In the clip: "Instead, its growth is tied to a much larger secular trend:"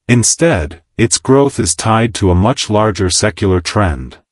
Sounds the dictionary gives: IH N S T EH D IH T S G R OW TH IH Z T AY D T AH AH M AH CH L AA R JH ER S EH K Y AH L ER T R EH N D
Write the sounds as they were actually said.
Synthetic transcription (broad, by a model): IH N S T EH D IH T S G R OW TH IH Z T AY D T AH AH M AH CH L AA R JH ER S EH K Y L ER T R EH N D